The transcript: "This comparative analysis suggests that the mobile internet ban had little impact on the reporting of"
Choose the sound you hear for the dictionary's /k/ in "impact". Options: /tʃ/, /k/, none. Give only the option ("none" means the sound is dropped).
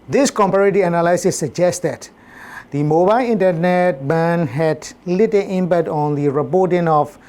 none